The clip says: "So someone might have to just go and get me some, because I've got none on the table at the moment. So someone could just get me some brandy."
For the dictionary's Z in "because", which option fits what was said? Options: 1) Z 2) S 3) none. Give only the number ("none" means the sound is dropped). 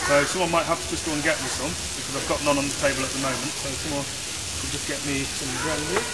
1